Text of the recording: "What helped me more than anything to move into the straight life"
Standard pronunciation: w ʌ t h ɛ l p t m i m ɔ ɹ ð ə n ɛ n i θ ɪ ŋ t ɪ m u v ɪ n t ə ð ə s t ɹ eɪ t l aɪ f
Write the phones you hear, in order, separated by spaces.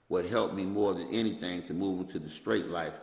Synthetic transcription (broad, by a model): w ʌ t h ɛ l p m i m ɔ ɹ ð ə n ɛ n i θ ɪ ŋ t ɪ m u v ɪ n t ə ð ə s t ɹ eɪ t l aɪ f